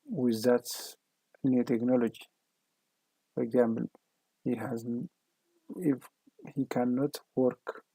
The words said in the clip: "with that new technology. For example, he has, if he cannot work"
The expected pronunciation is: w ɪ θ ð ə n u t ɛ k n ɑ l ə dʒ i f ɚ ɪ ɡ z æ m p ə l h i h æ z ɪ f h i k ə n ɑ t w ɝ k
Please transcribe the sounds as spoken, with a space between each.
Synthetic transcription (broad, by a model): w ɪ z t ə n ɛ t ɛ k n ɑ l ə dʒ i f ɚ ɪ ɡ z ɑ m b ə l h i h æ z ɪ f h i k ə n ɑ t w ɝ k